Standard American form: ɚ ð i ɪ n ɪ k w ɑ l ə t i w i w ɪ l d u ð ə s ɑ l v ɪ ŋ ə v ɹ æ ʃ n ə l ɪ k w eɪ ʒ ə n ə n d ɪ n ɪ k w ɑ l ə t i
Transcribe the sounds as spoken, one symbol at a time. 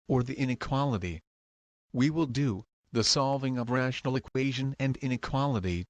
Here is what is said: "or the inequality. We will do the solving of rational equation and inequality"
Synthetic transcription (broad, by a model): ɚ ð i ɪ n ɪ k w ɑ l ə t i w i w ɪ l d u ð ə s ɑ l v ɪ ŋ ə v ɹ æ ʃ n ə l ɪ k w eɪ ʒ ə n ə n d ɪ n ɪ k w ɑ l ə t i